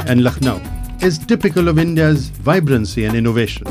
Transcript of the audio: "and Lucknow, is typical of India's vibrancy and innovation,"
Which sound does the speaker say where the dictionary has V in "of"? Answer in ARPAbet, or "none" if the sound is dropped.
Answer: V